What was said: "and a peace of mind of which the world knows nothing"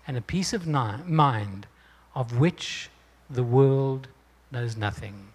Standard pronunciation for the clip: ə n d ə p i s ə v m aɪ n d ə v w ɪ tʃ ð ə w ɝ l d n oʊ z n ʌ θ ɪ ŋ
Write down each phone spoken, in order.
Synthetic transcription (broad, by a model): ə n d ə p i s ə v m aɪ n d ə v w ɪ tʃ ð ə w ɝ l d n oʊ z n ʌ θ ɪ ŋ